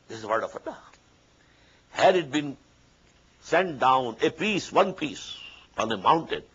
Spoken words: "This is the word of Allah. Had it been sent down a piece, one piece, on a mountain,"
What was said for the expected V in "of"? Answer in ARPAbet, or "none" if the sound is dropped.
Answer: F